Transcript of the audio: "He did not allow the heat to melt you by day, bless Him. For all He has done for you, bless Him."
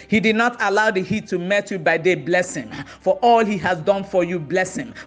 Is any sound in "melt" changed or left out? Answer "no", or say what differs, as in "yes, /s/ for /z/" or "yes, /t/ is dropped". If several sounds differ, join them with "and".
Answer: yes, /l/ is dropped